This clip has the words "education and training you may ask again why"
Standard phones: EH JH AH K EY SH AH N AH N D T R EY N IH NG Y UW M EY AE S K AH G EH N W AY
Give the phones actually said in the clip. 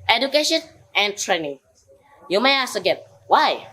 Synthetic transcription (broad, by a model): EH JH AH K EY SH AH N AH N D T R EY N IH NG Y UW M EY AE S AH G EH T W AY